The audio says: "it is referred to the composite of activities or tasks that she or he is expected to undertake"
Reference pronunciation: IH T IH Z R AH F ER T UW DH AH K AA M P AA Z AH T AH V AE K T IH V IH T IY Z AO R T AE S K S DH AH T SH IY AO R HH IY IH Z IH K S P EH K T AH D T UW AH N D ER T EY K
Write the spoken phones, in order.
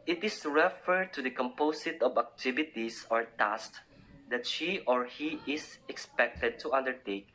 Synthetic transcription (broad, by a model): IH T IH S R AH F ER T UW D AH K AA M P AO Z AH T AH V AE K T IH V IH T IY S AO R T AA S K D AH T SH IY AO R HH IY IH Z IH K S P EH K T AH D T UW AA N D ER T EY K